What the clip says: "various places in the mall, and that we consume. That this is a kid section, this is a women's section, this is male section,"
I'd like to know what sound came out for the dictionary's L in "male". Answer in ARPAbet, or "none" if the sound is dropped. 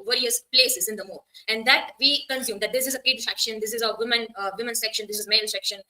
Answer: N